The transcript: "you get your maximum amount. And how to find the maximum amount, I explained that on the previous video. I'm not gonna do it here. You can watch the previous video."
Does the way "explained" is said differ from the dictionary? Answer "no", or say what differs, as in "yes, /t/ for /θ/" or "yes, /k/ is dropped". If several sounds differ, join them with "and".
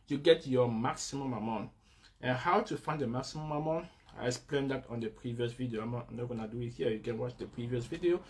yes, /k/ is dropped